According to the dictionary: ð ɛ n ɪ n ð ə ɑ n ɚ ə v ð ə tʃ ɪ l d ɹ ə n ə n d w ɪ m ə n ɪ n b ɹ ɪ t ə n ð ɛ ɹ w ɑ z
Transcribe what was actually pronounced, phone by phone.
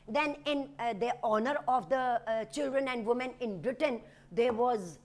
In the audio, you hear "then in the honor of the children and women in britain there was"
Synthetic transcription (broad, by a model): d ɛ n ɪ n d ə ɑ n ɚ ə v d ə tʃ ɪ l d ɹ ə n ə n d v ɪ m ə n ɪ n b ɹ ɪ t ə n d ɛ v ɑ z